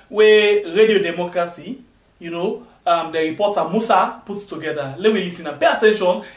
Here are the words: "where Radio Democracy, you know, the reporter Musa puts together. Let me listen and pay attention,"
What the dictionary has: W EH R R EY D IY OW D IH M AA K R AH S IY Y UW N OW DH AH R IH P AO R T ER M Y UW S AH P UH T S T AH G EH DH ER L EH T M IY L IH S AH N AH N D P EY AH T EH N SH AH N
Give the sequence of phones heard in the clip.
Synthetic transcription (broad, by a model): W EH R R EY D IY OW D IH M AA K R AH S IY Y UW N OW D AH R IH P AO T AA M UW S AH P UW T T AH G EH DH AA L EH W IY L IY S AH N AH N P EY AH T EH N SH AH N